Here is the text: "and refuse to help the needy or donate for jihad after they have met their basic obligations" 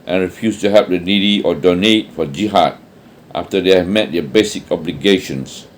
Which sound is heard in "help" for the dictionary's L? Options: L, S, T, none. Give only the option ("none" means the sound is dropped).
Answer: none